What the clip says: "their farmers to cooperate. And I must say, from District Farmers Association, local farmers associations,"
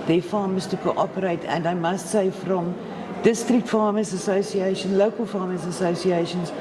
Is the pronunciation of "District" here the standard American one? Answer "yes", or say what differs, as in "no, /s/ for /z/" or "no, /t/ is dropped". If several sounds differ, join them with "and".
yes